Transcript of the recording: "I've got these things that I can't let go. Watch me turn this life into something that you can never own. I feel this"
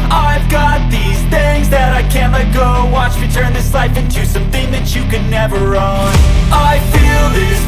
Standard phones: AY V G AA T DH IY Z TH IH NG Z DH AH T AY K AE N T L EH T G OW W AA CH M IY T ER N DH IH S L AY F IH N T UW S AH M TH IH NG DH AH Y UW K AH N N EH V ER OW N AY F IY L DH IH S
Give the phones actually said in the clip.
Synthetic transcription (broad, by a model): AY V G AA T DH IY Z TH IH NG Z DH AH T AY K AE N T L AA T G OW W AA CH M IY T ER N DH IH S L AY F IH N T UW S AH M TH IH NG DH AH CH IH K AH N N EH V ER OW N AY F IY L DH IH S